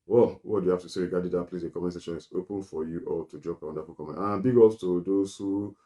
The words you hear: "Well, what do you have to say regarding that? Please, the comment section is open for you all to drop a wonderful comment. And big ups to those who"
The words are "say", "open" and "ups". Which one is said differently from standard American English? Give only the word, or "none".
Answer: ups